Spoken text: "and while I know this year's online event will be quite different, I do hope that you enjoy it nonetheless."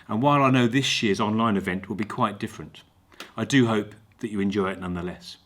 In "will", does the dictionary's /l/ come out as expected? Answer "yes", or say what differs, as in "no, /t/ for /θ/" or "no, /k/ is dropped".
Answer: yes